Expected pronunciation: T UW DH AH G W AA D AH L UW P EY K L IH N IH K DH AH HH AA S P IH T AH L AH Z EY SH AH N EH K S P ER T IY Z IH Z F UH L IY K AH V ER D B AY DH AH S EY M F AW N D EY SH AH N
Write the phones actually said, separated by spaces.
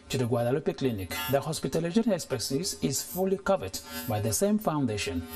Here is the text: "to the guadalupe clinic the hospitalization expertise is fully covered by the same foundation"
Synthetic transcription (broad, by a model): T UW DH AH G W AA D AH L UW P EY K L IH N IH K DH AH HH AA S P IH T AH L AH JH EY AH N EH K S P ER S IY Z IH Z F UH L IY K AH V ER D B AY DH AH S EY M F AW N D EY SH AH N